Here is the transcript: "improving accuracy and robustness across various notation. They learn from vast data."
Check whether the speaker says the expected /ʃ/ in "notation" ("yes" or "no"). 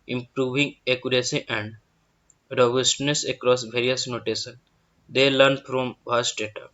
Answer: no